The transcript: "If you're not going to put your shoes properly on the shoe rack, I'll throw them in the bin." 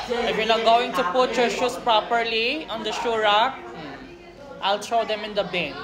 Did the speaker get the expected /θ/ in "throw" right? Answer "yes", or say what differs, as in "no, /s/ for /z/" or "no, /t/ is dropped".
no, /t/ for /θ/